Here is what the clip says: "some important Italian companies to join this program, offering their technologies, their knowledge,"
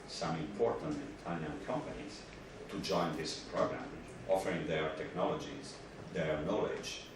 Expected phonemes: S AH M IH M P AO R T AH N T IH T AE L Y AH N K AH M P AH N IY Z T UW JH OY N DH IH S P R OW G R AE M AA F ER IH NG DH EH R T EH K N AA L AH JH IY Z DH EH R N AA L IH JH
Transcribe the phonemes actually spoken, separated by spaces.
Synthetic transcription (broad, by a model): S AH M IH M P AO R T AH N T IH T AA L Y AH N K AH M P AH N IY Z T UW JH OY N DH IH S P R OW G R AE M AA F ER IH NG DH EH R T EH K N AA L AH JH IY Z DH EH R N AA L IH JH